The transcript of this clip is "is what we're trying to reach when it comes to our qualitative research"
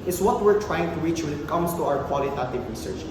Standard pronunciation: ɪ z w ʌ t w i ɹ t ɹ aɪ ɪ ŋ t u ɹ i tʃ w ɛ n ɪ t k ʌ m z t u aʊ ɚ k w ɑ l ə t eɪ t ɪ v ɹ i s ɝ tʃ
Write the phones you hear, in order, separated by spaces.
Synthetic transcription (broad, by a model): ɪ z w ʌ t w i ɹ t ɹ aɪ ɪ ŋ t u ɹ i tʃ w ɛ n ɪ t k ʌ m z t u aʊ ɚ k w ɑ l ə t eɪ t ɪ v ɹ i s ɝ tʃ